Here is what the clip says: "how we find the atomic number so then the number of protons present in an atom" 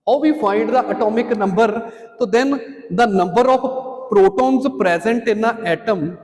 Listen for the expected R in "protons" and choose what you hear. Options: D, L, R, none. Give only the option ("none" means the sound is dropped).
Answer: R